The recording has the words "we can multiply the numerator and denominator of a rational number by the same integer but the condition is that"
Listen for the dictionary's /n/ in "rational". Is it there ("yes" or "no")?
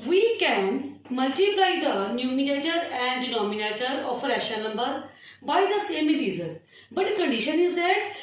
no